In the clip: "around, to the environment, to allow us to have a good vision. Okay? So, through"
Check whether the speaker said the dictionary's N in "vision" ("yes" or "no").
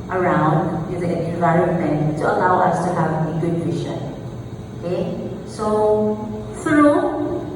no